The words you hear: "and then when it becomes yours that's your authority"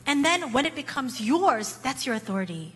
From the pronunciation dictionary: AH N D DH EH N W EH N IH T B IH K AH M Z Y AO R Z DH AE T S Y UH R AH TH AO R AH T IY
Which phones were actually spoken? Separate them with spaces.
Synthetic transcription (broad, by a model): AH N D DH EH N W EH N IH T B IH K AH M Z Y AO R Z DH AE T S Y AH R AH TH AO R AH T IY